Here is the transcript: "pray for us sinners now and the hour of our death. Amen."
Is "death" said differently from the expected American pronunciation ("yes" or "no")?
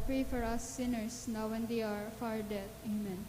yes